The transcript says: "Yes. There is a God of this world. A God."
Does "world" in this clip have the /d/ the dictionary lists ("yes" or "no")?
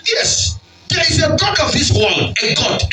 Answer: no